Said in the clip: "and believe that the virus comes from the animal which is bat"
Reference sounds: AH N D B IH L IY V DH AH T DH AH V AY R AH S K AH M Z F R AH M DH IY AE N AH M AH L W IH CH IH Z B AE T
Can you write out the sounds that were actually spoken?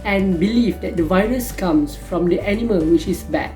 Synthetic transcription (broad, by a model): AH N B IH L IY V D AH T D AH V AY R AH S K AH M S F R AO M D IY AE N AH M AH L W IH CH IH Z B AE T